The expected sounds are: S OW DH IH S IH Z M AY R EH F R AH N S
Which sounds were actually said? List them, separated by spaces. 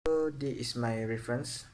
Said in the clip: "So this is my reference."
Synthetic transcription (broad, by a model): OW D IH IH S M AY R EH F R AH N S